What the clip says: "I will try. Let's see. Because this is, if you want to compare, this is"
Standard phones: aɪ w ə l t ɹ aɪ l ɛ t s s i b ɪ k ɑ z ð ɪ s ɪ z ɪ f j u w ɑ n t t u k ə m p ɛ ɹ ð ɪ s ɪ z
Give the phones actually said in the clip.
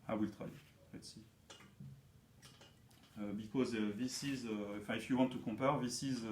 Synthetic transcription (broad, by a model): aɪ w ə l t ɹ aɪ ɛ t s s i b ɪ k ɑ z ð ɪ s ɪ z ɪ f j u w ɑ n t t u k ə p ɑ ɹ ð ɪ s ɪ z